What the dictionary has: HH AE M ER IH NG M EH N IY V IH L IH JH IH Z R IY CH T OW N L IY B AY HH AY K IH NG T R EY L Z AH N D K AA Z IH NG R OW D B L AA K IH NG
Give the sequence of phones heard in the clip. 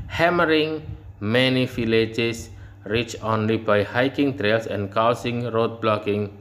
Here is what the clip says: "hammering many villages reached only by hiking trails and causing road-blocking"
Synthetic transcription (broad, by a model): HH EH M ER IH NG M EH N IY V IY L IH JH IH S R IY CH OW N L IY B AY HH AY K IH NG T R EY L S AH N K AA S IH NG R OW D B L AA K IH NG